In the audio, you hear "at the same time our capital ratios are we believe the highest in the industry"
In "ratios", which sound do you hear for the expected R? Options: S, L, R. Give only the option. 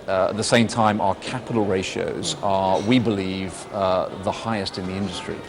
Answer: R